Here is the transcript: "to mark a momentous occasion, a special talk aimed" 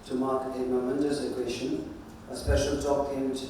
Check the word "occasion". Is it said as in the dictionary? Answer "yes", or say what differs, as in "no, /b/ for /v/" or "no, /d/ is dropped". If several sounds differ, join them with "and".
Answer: no, /ʃ/ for /ʒ/